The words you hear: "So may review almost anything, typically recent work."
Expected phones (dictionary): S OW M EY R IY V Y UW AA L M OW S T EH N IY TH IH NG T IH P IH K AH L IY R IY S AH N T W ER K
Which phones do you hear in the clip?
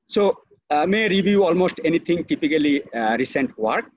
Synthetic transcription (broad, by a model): S OW M EY R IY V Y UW AA L M OW S T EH N IY T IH NG T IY P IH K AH L IY R IY S AH N T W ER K